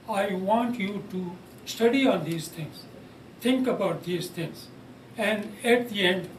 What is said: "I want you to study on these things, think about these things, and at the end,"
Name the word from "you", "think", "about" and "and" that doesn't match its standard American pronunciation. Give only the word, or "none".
think